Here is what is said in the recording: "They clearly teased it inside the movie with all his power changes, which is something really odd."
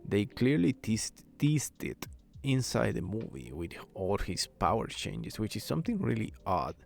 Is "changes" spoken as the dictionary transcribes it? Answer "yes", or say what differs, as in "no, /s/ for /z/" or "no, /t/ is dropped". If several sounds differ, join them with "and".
no, /s/ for /z/